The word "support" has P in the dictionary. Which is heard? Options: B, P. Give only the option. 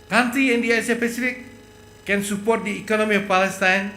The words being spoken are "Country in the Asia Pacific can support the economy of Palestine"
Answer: P